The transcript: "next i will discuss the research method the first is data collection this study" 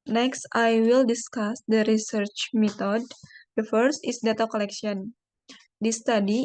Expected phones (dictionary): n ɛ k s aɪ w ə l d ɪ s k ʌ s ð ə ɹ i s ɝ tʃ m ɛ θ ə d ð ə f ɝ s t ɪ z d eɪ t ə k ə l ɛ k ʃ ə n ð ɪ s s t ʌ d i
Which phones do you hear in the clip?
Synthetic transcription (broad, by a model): n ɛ k s aɪ w ə l d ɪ s k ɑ s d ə ɹ i s ɝ tʃ m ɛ t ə d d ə f ɝ s t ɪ s d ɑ t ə k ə l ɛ k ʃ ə n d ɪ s s t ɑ d i